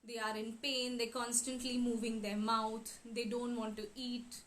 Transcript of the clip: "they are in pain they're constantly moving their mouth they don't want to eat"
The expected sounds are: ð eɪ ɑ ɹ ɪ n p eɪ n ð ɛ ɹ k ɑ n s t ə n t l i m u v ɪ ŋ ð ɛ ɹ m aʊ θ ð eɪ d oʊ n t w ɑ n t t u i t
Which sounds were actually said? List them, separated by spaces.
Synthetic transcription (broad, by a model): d eɪ ɑ ɹ ɪ n p eɪ n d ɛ k ɑ n s t ə n t l i m u v ɪ ŋ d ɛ ɹ m aʊ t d eɪ d oʊ n t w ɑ n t t u i t